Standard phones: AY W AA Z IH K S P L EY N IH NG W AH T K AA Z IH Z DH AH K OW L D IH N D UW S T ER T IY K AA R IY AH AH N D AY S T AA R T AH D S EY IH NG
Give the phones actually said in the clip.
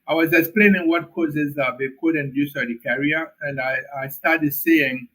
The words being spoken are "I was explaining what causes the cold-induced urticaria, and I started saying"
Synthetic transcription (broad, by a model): AY W AA Z IH K S P L EY N IH NG W AH T K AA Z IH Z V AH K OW D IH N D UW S ER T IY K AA R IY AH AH N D AY S T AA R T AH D S EY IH NG